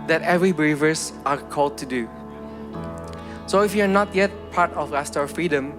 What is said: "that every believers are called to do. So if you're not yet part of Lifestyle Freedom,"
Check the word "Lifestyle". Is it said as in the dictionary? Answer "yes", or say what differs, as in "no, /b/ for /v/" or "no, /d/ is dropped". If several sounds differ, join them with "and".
no, /f/ is dropped